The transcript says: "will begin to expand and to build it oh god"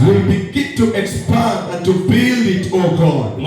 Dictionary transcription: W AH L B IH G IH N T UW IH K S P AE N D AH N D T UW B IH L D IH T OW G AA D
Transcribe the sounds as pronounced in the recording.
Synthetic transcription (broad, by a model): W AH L B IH G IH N T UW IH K S P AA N AH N T UW B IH L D IH T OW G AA